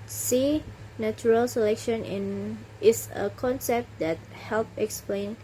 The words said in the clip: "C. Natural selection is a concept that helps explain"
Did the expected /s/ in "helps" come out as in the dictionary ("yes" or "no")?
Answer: no